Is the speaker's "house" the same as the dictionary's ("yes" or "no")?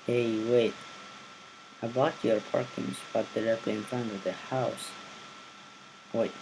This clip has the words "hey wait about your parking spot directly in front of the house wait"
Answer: yes